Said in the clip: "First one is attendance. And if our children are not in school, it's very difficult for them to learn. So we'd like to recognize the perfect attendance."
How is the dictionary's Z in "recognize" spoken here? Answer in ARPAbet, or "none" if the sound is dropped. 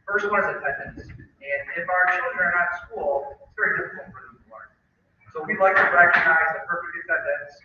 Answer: Z